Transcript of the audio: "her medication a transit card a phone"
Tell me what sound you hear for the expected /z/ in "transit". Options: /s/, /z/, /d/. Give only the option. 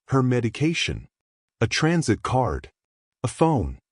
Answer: /z/